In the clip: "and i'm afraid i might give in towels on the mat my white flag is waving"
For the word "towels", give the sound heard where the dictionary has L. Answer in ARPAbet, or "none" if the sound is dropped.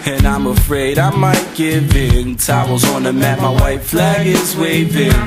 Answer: W